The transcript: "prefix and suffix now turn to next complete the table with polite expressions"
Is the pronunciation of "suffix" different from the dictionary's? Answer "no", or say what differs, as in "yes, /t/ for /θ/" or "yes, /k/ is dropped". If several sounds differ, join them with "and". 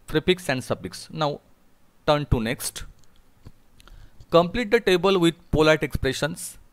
yes, /p/ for /f/